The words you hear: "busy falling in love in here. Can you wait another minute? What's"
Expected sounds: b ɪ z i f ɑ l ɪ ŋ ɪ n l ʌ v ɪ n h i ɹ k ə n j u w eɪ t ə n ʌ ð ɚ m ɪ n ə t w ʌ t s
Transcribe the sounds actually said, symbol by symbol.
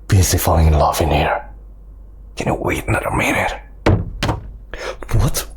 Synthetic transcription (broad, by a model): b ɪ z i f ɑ ɪ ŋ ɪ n l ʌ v ɪ n h i ɹ k ə n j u w eɪ t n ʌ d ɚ m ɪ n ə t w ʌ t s